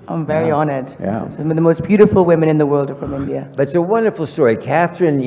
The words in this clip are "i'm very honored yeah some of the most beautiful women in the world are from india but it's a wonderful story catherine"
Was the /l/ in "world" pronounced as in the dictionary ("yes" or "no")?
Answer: yes